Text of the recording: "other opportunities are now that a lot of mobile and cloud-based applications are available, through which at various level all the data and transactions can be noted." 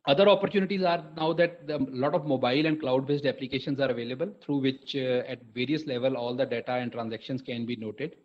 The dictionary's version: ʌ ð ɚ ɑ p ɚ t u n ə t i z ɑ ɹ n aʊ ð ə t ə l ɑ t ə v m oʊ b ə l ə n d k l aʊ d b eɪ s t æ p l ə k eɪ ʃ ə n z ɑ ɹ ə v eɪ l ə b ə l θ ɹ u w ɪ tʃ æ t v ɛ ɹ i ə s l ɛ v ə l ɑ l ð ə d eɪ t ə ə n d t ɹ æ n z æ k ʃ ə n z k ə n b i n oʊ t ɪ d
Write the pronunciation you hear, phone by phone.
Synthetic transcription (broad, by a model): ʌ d ɚ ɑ p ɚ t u n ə t i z ɑ ɹ n aʊ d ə t ə l ɑ t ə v m oʊ b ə l ə n d k l aʊ d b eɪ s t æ p l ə k eɪ ʃ ə n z ɑ ɹ ə v eɪ l ə b ə l t ɹ u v ɪ tʃ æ t v ɛ ɹ i ə s l ɛ v ə l ɑ l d ə d eɪ t ə ə n d t ɹ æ n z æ k ʃ ə n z k ə n b i n oʊ t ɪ d